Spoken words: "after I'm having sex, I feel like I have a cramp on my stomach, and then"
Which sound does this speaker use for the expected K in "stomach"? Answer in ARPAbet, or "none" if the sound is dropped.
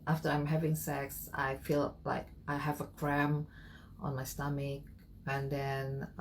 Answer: K